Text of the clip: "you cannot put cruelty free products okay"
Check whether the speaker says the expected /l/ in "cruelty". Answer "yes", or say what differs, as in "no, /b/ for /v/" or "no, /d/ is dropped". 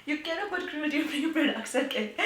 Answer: no, /l/ is dropped